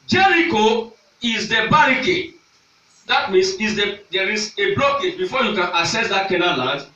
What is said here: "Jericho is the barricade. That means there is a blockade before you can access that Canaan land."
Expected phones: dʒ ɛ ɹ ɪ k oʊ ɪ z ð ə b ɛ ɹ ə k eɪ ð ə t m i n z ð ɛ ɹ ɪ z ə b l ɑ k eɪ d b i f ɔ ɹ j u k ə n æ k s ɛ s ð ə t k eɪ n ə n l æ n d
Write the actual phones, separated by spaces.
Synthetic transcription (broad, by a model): dʒ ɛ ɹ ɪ k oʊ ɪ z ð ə b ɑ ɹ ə k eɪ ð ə t m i n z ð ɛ ɹ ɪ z ə b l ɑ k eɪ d b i f ɔ j u k ə n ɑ s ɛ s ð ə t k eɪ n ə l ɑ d